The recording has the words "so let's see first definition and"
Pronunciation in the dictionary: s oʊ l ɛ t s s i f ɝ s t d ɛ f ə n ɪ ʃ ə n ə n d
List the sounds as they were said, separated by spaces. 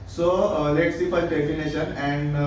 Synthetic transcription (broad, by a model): s oʊ l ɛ t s s i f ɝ t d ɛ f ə n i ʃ ə n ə n d